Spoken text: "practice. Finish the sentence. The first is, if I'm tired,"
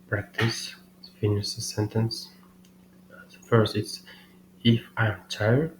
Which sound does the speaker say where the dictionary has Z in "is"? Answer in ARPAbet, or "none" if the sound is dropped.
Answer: S